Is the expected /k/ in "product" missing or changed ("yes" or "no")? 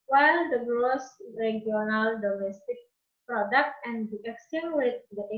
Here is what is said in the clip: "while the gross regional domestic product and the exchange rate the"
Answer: no